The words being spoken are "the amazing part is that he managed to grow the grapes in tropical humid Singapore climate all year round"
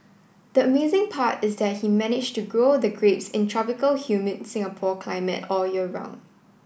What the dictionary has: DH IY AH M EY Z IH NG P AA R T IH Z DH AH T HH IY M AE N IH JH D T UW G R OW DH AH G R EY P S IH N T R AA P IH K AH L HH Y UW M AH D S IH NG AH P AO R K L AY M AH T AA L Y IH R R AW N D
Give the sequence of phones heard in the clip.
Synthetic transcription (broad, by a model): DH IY AH M EY Z IH NG P AA T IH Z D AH T HH IY M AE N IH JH T UW G R OW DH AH G R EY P S IH N T R AA P IH K AH L HH Y UW M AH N S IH NG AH P AO K L AY M AH T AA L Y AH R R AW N